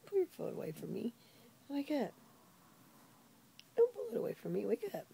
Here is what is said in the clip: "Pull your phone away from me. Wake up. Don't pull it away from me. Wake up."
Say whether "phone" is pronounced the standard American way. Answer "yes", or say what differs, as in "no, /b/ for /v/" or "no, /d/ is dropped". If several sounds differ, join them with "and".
no, /l/ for /n/